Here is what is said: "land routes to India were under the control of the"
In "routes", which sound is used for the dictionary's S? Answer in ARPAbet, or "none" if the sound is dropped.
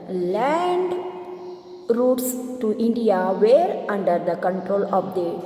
S